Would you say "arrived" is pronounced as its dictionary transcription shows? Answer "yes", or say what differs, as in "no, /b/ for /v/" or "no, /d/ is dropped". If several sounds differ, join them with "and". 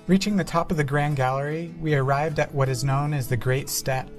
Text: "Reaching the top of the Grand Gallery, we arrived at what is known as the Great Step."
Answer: yes